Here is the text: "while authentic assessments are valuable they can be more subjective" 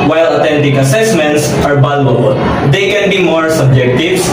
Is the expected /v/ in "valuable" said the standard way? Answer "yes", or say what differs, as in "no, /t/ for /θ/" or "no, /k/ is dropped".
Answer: no, /b/ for /v/